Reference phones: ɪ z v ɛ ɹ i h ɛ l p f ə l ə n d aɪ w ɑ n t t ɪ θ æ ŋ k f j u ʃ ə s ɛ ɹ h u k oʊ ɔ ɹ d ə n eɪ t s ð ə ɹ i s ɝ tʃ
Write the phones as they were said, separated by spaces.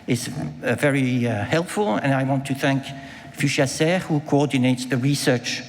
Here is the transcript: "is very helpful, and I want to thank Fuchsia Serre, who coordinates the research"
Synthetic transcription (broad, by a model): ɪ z v ɛ ɹ i h ɛ l p f ə l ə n aɪ w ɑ n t t ɪ θ æ ŋ k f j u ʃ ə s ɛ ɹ h u k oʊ ɔ ɹ d n eɪ t s ð ə ɹ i s ɝ tʃ